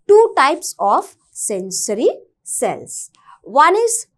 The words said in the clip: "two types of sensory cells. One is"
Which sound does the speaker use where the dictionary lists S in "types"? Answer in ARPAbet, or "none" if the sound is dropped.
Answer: S